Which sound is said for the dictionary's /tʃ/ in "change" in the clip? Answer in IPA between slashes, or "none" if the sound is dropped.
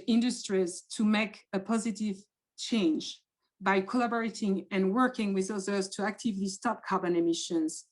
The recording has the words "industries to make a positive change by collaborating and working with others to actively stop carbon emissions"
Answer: /tʃ/